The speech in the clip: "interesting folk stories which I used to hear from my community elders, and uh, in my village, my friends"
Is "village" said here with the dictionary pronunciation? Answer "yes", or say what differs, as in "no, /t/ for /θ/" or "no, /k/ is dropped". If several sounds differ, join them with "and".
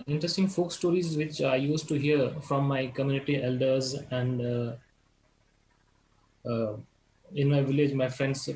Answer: yes